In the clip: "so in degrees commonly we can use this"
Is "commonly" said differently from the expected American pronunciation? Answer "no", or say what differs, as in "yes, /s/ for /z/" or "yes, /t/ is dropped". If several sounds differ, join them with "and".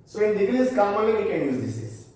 yes, /n/ is dropped